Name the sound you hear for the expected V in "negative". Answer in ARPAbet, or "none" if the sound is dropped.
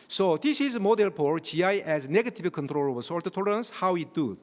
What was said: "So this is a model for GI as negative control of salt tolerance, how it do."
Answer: B